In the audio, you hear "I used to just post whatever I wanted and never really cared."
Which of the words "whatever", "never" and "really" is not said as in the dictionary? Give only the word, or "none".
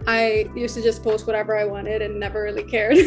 none